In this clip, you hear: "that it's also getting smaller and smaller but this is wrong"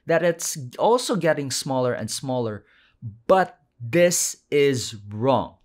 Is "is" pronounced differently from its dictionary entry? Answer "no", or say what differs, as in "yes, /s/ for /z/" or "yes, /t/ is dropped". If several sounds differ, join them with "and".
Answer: no